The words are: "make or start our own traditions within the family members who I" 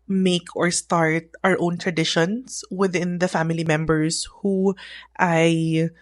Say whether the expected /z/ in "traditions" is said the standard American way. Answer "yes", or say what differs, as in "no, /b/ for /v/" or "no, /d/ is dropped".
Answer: no, /s/ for /z/